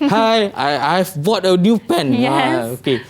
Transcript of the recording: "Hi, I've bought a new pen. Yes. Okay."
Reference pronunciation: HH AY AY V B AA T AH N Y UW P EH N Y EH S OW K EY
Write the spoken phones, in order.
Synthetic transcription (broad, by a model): HH AY AY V B AA T AH N Y UW P EH N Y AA OW K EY